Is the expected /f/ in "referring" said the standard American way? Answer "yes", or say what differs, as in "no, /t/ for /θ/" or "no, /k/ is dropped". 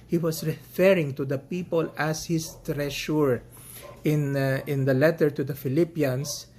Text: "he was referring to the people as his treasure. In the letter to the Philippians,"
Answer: yes